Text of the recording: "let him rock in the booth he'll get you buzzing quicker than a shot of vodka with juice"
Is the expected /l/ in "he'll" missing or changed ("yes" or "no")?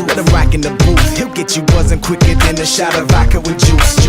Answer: no